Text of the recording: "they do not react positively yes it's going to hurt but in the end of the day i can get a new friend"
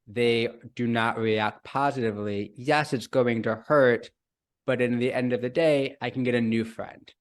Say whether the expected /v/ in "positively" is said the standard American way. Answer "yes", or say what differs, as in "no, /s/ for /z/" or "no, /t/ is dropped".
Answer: yes